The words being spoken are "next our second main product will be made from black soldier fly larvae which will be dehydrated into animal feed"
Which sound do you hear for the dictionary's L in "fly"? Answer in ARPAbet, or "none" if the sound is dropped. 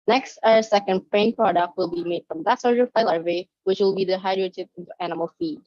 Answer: none